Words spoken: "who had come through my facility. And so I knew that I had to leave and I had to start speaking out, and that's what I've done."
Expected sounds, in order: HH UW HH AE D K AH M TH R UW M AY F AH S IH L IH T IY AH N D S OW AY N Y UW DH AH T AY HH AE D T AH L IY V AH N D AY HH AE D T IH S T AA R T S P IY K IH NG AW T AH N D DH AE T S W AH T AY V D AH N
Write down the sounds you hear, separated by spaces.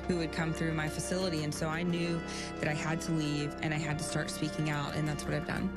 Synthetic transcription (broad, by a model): HH UW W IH D K AH M TH R UW M AY F AH S IH L IH T IY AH N S OW AY N Y UW DH AH T AY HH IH D T AH L IY V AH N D AY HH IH D T IH S T AA R T S P IY K IH NG AW T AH N DH AE T S W AH T AY V D AH N